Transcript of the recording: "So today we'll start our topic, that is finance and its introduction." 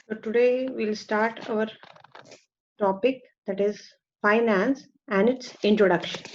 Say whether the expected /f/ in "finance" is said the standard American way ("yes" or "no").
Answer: yes